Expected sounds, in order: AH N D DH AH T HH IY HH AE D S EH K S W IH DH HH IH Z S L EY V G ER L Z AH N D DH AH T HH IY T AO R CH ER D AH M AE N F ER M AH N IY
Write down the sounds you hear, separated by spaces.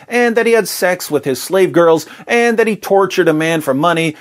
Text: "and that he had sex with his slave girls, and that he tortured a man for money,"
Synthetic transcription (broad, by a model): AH N DH AH T HH IY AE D S EH K S W IH DH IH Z S L EY V G ER L Z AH N DH AH T HH IY T AO R CH ER D AH M AE N F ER M AH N IY